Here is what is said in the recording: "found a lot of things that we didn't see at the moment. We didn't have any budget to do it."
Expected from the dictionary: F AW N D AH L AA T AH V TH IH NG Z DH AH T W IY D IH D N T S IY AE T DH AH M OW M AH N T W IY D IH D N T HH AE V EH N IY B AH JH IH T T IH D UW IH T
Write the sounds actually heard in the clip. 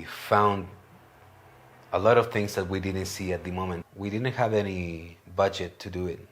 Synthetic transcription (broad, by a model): F AW N D AH L AA T AH V TH IH NG Z DH AH T W IY D IH D N T S IY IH T DH AH M OW M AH N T W IY D IH D N T HH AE V EH N IY B AH JH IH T T IH D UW IH T